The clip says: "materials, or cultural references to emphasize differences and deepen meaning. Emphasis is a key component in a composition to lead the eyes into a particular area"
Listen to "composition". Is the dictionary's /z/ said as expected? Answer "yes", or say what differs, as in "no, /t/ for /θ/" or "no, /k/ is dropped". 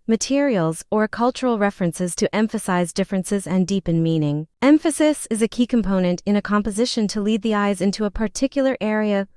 yes